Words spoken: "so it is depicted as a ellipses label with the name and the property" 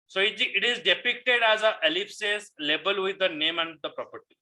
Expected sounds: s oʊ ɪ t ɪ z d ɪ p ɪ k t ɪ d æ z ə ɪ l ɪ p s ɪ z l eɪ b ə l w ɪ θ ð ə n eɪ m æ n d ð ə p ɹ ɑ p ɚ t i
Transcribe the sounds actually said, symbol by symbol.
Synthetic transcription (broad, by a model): s oʊ ɪ t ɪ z d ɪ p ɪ k t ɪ d æ z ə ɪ l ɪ f s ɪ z l eɪ b ə l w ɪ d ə n eɪ m æ n d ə p ɹ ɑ p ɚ t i